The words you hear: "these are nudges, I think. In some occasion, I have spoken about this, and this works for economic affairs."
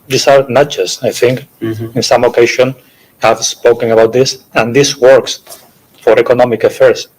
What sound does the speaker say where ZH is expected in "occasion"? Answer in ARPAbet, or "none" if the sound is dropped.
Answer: SH